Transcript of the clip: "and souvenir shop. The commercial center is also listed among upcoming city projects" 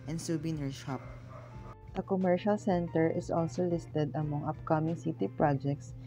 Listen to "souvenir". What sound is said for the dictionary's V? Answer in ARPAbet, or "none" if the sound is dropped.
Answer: B